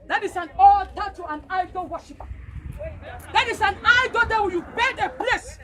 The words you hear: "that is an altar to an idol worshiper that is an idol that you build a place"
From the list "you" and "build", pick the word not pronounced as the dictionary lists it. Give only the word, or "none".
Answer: build